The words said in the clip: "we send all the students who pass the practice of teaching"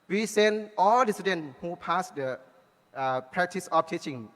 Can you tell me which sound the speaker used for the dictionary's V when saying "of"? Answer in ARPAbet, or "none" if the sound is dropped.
F